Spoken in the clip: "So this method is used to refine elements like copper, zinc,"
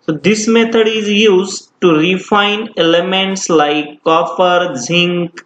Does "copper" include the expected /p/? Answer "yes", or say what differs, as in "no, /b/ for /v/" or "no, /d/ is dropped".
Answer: no, /f/ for /p/